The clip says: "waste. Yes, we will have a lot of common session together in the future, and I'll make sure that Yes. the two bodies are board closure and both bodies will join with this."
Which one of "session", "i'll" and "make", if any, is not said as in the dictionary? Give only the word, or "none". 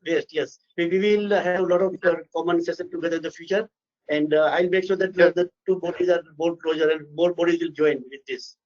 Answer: session